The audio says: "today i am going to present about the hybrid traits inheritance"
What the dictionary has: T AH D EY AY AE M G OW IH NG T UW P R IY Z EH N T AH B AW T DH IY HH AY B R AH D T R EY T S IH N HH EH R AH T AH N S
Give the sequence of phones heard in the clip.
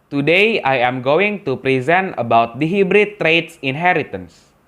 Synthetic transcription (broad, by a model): T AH D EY AY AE M G OW IH NG T UW P R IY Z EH N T AH B AW T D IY HH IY B R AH T R EY T S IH N HH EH R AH T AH N S